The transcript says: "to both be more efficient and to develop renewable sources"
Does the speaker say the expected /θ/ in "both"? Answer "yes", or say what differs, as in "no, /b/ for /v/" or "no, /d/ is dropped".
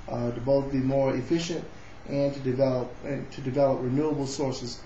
yes